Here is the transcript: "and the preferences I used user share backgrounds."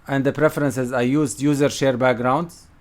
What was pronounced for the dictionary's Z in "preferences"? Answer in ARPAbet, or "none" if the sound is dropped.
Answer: Z